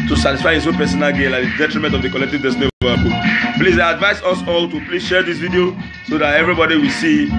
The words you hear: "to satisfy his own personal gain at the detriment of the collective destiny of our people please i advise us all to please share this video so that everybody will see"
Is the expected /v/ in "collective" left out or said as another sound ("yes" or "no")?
no